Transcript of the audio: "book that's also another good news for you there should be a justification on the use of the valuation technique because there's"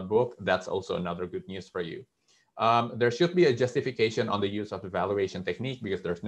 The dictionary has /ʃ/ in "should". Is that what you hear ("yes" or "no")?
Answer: yes